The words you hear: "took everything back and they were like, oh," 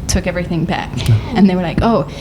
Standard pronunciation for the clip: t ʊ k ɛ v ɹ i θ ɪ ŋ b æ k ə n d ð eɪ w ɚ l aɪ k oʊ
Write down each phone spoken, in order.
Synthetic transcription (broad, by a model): t ʊ k ɛ v ɹ i θ ɪ ŋ b æ k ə n ð eɪ w ɚ l aɪ k oʊ